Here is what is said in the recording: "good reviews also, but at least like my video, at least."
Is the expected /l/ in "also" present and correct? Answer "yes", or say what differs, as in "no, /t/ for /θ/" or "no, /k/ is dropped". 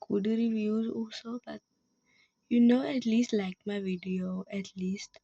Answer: yes